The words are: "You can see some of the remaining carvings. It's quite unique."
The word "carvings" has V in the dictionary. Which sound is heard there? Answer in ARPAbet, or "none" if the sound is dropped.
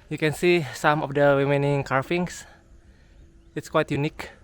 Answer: F